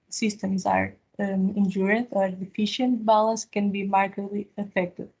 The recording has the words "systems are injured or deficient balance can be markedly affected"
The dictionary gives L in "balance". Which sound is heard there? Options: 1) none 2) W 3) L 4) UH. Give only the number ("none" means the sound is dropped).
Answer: 3